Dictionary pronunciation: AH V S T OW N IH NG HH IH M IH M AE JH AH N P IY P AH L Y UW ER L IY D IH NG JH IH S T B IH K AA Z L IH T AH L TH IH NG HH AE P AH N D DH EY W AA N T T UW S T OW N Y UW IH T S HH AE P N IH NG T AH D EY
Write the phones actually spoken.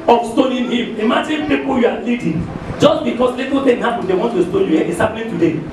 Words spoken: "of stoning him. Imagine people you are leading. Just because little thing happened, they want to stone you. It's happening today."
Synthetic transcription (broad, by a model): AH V S T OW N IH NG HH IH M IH M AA JH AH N P IY P AH L Y UW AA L IY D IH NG JH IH S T B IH K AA S L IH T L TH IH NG HH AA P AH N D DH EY W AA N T T UW S T OW N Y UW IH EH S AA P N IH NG T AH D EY